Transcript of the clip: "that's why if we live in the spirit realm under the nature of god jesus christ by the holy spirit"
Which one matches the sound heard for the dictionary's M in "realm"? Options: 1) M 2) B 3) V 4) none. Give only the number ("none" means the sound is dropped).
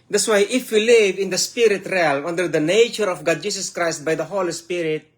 4